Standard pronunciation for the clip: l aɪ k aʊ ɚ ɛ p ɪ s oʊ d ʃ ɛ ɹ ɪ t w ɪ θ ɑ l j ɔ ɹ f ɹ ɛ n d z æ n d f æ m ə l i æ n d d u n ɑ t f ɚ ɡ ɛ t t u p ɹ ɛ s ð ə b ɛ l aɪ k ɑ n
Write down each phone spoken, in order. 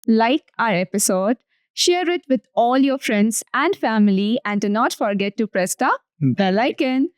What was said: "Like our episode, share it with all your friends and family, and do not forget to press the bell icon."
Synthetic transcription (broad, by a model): l aɪ k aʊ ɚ ɛ p ɪ s oʊ d ʃ ɛ ɹ ɪ t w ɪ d ɑ l j ɔ ɹ f ɹ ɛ n d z æ n d f æ m ə l i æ n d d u n ɑ t f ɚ ɡ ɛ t t u p ɹ ɛ s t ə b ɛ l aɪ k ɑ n